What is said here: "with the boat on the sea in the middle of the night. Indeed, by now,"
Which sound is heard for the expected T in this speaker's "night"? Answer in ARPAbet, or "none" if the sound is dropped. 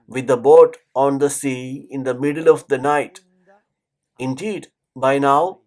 T